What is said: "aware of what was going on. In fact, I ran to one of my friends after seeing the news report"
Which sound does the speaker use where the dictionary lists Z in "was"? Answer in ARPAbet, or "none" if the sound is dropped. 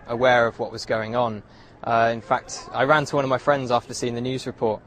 Z